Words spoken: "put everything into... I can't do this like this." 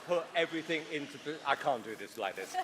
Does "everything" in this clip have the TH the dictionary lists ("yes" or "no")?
yes